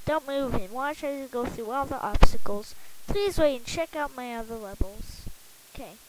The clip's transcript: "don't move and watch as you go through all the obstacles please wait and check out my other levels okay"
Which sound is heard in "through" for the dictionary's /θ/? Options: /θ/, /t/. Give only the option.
/θ/